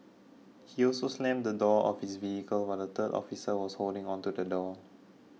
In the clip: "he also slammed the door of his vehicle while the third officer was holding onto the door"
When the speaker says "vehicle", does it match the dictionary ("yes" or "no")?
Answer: yes